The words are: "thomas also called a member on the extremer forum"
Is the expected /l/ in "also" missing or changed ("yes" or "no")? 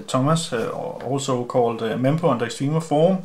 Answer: yes